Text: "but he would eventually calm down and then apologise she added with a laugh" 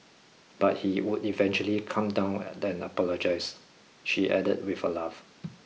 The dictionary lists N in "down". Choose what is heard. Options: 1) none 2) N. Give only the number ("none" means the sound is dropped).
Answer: 1